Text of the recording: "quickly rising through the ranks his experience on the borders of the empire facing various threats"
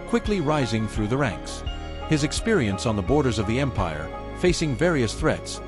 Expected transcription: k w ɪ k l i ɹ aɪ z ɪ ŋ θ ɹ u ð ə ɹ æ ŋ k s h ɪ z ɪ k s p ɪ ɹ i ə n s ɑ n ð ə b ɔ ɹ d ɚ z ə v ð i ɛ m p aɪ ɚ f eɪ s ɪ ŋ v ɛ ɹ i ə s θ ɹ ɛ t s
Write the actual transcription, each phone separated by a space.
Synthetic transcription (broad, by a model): k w ɪ k l i ɹ aɪ z ɪ ŋ θ ɹ u ð ə ɹ æ ŋ k s h ɪ z ɪ k s p ɪ ɹ i ə n s n ð ə b ɔ ɹ d ɚ z ə v ð i ɛ m p aɪ ɚ f eɪ s ɪ ŋ v ɛ ɹ i ə s θ ɹ ɛ t s